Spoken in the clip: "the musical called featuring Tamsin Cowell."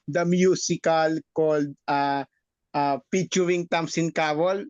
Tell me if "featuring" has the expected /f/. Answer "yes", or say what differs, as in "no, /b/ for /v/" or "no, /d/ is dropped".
no, /p/ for /f/